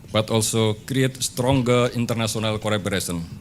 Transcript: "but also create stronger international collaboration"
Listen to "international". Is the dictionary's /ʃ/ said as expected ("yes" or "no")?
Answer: no